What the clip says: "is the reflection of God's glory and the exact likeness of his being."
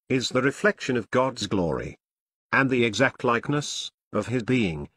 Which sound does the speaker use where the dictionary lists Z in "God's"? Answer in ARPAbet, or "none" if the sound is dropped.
Z